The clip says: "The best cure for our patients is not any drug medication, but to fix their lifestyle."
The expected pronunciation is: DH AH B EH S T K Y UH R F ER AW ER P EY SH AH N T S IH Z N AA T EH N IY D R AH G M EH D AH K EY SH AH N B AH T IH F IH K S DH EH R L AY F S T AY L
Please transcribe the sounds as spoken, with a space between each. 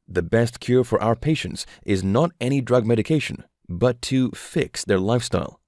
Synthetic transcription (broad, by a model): DH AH B EH S T K Y UH R F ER AW ER P EY SH AH N T S IH Z N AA T EH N IY D R AH G M EH D AH K EY SH AH N B AH T IH F IH K S DH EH R L AY F S T AY L